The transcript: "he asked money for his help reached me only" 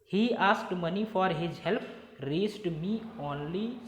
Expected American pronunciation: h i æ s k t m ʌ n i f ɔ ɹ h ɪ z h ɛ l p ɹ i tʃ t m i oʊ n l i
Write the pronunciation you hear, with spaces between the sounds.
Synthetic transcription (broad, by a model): h i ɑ s k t m ʌ n i f ɔ ɹ h ɪ z h ɛ l p ɹ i s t m i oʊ n l i